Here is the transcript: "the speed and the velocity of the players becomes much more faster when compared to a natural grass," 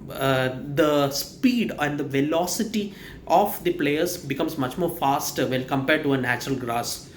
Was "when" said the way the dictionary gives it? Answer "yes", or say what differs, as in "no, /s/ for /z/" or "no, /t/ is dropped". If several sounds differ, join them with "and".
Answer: no, /l/ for /n/